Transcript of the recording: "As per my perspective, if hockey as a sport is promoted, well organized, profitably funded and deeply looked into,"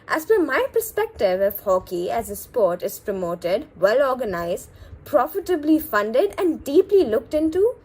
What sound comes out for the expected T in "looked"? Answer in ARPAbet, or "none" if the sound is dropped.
T